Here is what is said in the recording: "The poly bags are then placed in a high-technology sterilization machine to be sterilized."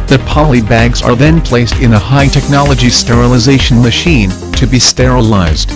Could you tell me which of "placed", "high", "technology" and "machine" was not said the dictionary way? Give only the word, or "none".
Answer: none